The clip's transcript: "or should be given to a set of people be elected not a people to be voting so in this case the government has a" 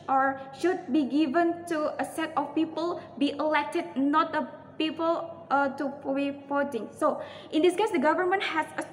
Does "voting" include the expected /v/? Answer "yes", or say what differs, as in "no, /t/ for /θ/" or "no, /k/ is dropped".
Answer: no, /f/ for /v/